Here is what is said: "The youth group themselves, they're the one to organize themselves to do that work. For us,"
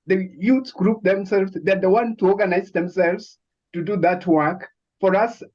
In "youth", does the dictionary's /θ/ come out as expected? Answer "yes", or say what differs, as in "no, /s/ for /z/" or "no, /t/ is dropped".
no, /s/ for /θ/